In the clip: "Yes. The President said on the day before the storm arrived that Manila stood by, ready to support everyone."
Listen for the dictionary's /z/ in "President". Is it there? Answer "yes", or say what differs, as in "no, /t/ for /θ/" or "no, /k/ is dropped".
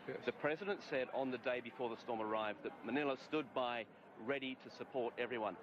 yes